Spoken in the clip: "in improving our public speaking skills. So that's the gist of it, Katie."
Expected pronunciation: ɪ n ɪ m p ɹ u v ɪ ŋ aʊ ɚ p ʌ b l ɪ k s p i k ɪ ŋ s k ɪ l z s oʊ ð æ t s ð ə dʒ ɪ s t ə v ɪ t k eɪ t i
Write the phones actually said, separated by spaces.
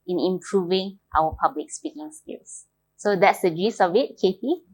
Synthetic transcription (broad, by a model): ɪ n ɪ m p ɹ u v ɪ ŋ aʊ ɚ p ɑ b l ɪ k s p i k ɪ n s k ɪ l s s oʊ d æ t s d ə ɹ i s ə v ɪ t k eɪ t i